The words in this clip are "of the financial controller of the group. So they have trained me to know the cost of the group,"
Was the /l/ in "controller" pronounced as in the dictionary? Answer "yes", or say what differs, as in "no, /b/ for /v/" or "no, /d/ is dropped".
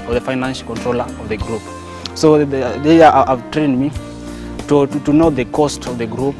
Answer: yes